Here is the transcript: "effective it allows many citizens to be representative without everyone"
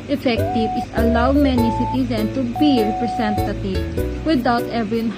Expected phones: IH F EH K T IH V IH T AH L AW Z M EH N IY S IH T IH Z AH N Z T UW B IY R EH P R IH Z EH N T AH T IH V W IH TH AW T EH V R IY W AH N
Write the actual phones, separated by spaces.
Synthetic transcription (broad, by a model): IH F EH K T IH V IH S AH L AW M EH N IY S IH T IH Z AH N T UW B IY R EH P R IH S EH N T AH T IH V W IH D AW T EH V R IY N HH